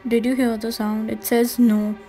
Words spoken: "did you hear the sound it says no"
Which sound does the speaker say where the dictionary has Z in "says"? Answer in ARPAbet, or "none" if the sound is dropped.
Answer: Z